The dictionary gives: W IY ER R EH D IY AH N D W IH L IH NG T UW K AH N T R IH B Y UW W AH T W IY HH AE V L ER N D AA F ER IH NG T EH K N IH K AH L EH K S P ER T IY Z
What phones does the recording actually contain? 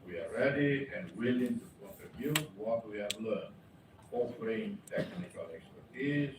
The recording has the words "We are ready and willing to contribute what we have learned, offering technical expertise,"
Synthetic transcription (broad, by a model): W IY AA R EH D IY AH N W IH L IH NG T UW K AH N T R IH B Y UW W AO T W IY HH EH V L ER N AA F ER IH NG T EH K N IH K AH L EH K S P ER T IY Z